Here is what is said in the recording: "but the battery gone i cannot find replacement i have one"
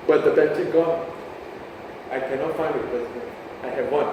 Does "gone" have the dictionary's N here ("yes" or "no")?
no